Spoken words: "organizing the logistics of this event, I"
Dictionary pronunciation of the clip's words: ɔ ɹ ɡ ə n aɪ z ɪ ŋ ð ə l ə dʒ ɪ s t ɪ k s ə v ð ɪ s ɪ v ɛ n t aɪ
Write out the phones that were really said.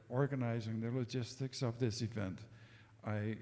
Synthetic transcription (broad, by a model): ɔ ɹ ɡ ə n aɪ z ɪ ŋ ð ə l ə dʒ ɪ s t ɪ k s ə v ð ɪ s ɪ v ɛ n t aɪ